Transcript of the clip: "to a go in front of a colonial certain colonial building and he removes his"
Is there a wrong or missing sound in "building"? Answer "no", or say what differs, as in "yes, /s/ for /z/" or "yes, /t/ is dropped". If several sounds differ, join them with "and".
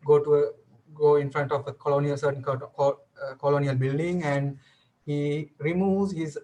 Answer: no